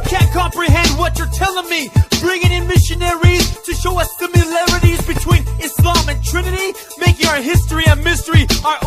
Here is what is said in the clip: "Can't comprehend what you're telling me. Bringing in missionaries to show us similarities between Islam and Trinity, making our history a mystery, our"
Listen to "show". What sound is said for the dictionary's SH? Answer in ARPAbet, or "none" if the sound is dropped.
SH